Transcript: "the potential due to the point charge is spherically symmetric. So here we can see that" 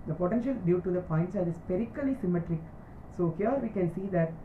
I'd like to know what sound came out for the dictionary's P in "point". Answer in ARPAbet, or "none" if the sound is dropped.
P